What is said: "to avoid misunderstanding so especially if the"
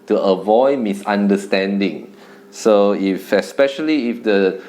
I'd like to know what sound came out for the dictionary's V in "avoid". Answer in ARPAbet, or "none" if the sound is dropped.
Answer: V